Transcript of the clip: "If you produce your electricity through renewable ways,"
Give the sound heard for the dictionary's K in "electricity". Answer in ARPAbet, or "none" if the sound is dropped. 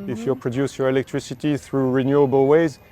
K